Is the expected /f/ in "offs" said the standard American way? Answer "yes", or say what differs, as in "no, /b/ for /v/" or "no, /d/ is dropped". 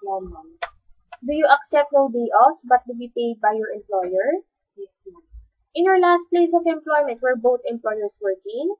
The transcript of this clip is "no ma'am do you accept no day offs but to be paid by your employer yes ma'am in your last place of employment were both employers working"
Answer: no, /f/ is dropped